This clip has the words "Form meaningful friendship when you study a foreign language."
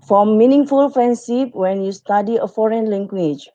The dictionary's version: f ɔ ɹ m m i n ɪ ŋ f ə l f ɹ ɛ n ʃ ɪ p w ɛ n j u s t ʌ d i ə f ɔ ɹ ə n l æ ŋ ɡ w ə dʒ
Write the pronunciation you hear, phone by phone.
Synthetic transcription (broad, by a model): f ɹ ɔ m i n ɪ ŋ f ə l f ɹ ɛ n s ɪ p w ɛ n j u s t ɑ d i ə f ɔ ɹ ə n l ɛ ŋ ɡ w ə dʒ